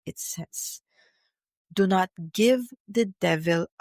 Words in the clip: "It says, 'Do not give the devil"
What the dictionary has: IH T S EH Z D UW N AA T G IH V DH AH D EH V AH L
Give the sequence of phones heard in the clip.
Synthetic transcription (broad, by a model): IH T S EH S D UW N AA T G IH V DH AH D EH V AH L